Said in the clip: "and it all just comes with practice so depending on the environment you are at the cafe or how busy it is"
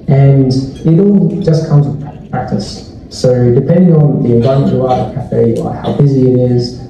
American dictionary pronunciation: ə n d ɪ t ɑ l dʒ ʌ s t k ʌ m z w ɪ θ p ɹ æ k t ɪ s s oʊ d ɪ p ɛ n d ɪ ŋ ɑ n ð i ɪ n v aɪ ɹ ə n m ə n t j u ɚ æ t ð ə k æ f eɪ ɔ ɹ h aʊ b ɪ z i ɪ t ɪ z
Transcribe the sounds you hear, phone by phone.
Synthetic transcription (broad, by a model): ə n ɪ t ɑ l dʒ ʌ s k ʌ m z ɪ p p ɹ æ k t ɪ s s oʊ d ɪ p ɛ n d ɪ ŋ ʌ n ð i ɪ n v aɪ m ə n ə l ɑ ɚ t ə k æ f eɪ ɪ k h aʊ b ɪ z i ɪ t ɪ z